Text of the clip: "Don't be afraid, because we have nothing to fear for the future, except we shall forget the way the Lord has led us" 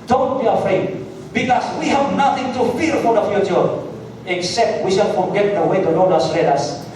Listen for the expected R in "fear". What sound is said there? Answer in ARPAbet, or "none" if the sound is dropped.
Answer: L